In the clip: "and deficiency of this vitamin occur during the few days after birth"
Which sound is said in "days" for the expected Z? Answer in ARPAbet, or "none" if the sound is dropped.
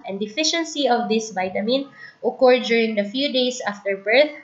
S